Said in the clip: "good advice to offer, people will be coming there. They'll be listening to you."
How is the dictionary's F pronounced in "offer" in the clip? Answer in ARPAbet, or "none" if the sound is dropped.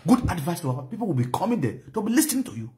none